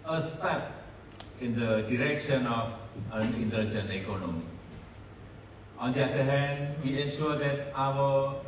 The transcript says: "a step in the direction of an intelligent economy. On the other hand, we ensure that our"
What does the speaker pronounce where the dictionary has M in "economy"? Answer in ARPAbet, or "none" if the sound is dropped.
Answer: M